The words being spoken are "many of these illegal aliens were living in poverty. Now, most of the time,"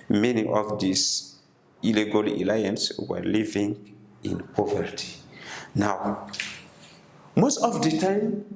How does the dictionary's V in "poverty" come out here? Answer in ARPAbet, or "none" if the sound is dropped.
V